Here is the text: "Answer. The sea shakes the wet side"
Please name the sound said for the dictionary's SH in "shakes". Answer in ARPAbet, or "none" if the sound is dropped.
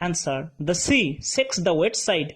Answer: S